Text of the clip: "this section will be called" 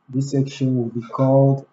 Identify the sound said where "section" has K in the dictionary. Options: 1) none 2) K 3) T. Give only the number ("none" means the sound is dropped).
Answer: 2